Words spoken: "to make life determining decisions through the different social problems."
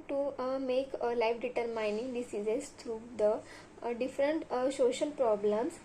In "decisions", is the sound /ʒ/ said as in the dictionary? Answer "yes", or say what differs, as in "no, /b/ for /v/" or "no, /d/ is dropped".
no, /z/ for /ʒ/